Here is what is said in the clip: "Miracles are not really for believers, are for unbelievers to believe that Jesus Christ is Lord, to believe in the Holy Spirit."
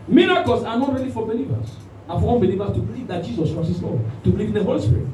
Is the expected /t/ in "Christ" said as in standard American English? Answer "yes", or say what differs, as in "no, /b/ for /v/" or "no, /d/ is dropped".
no, /t/ is dropped